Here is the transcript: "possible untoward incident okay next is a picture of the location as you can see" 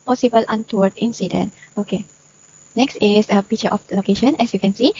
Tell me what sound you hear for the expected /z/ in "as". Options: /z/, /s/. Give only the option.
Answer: /s/